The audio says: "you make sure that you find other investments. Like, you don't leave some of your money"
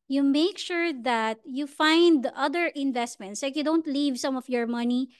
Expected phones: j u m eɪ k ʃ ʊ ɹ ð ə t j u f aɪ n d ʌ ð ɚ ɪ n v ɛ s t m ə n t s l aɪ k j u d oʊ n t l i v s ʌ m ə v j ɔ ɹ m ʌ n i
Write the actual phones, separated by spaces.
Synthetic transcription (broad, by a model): j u m eɪ k ʃ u ɹ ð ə t j u f aɪ n d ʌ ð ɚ ɪ n v ɛ s t m ə n t s l aɪ k j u d oʊ n t l i v s ʌ m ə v j ɔ ɹ m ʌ n i